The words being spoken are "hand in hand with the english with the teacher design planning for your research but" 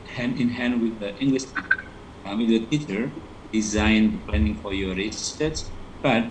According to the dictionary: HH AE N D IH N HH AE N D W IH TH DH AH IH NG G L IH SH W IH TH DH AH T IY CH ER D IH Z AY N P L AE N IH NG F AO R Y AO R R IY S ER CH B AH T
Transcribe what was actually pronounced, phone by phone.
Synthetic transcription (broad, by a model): HH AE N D IH N HH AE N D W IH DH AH IH NG G L IH SH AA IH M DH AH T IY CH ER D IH Z AY N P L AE N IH NG F AO R Y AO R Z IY S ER S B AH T